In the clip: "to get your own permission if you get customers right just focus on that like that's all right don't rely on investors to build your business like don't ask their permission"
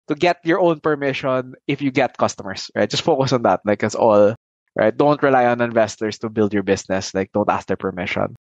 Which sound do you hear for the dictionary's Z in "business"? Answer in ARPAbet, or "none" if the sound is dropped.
S